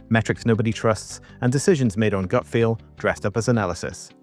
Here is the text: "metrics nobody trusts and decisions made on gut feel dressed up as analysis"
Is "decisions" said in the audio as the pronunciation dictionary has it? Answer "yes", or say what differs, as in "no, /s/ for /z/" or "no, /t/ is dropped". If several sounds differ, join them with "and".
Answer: yes